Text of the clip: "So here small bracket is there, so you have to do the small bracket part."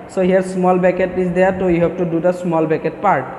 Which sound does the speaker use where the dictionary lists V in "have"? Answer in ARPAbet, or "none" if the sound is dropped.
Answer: B